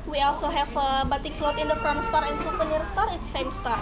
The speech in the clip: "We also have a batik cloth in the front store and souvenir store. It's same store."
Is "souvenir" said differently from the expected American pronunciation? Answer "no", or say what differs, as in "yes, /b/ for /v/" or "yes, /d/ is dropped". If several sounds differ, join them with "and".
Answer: yes, /f/ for /v/